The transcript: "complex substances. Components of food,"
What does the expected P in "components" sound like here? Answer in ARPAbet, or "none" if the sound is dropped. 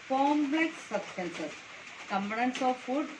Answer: B